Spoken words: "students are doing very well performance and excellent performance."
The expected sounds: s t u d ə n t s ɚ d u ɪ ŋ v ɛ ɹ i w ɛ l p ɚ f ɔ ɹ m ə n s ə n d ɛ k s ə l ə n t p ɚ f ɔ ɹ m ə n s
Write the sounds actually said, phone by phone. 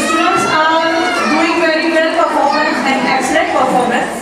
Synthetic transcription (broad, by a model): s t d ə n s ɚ d u ɪ ŋ v ɛ ɹ i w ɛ l p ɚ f ɔ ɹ m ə n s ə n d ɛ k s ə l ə t p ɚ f ɔ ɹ m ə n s